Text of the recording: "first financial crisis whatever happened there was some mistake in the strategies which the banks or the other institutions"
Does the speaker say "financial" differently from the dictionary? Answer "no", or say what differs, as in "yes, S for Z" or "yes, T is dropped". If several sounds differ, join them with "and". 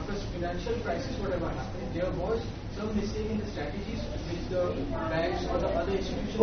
no